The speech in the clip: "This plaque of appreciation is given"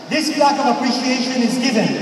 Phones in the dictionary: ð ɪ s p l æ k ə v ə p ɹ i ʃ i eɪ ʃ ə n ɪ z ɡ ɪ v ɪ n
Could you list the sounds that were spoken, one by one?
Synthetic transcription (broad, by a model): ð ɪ s b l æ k ə v ə p ɹ i ʃ i eɪ ʃ ə n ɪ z ɡ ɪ v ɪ n